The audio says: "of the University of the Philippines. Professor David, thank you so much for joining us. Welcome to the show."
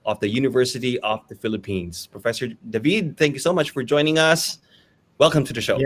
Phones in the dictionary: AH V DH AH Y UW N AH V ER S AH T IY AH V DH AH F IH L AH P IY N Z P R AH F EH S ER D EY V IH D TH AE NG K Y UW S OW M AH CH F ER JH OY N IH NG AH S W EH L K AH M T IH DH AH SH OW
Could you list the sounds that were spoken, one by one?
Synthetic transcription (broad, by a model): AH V DH AH Y UW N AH V ER S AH T IY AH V DH AH F IH L AH P IY N Z P R AH F EH S ER D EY V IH D TH AE NG K Y UW S OW M AH CH F ER JH OY N IH NG AH S W EH L K AH M T IH DH AH SH OW